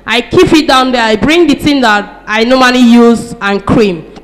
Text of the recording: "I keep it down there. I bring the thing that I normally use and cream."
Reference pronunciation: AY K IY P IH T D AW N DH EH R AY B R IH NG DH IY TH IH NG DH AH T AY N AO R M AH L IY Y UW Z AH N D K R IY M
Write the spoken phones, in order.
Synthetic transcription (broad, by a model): AY K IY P IH T D AW N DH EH AY B R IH NG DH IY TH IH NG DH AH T AY N AO M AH N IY Y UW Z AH N K R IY M